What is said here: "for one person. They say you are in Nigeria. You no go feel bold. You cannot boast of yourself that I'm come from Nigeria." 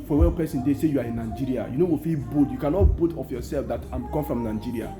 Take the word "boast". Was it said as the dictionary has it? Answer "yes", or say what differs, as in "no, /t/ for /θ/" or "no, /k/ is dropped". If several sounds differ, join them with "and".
no, /s/ is dropped